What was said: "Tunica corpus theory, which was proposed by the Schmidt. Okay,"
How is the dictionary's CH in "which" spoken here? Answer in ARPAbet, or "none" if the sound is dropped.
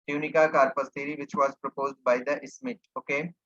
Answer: SH